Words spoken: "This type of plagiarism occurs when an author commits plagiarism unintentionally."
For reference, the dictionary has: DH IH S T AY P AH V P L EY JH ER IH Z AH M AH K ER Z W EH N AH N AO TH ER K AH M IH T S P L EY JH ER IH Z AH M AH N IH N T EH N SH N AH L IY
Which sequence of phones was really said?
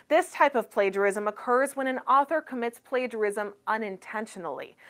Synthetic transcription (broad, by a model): DH IH S T AY P AH V P L EY JH ER IH Z AH M AH K ER Z W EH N AH N AO TH ER K AH M IH T S P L EY JH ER IH Z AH M AH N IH N T EH N SH N L IY